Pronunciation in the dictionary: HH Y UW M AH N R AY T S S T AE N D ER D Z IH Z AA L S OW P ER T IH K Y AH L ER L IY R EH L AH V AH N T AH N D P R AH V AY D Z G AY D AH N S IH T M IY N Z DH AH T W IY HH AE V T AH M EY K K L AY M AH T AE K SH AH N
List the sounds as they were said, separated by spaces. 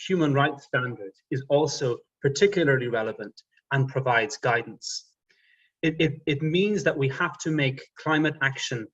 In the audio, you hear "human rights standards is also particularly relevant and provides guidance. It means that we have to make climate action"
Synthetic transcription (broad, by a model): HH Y UW M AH N R AY T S S T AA N D ER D IH Z AA L S OW P ER T IH K Y L ER L IY R EH L AH V AH N T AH N P R AH V AY D Z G AY D N S IH T M IY N Z DH AH T W IY HH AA F T AH M EY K K L AY M AH T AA K SH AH N